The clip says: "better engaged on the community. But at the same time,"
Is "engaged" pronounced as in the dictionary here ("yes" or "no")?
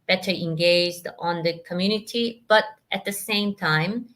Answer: yes